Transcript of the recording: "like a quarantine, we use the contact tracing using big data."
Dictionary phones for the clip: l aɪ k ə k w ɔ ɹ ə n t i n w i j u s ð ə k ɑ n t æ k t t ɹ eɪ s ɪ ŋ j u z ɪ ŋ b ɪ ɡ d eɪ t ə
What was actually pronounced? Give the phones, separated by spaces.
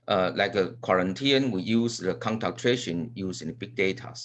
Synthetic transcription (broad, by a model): l aɪ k ə k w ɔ ɹ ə n t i n w i j u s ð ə k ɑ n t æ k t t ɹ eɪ ʃ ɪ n j u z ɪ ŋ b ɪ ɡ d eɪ t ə